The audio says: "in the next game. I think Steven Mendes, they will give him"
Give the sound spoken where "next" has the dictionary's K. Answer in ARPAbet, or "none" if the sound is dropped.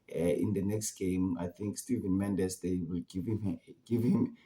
K